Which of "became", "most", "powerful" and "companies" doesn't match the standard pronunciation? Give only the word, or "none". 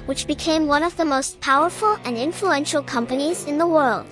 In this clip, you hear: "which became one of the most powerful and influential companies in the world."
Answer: none